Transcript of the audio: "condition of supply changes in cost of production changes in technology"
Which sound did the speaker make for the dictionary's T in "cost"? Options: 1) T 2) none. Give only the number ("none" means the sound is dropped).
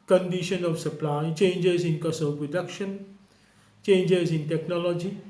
2